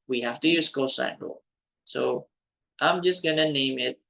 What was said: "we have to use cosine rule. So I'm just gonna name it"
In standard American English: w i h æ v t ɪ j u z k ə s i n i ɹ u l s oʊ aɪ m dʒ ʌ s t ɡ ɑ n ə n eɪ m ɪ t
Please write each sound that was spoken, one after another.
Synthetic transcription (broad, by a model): w i h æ f t ɪ j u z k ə s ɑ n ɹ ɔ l s oʊ aɪ m dʒ ʌ s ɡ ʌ n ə n eɪ m ɪ t